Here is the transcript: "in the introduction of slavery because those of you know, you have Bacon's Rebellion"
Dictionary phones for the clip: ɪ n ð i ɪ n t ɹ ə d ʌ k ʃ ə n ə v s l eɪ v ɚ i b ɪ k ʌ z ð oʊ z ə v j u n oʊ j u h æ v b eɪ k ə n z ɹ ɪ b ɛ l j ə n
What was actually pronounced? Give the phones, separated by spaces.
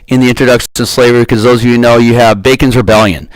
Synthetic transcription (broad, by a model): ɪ n ð i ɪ n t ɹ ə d ʌ k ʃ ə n s l eɪ v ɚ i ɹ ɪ k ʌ z ð oʊ z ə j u n oʊ j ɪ v b eɪ k ə n z ɹ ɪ b ɛ l j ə n